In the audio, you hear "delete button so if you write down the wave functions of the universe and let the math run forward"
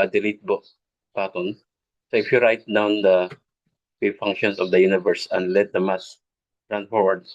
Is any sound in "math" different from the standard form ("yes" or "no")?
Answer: yes